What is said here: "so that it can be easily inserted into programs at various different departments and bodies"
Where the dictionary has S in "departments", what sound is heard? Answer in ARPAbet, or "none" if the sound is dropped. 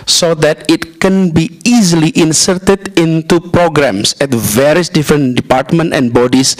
none